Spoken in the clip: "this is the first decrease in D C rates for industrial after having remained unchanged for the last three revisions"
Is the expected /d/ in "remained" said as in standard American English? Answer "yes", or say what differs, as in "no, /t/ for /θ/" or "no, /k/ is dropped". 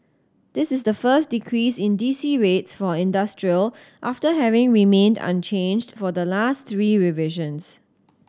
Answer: yes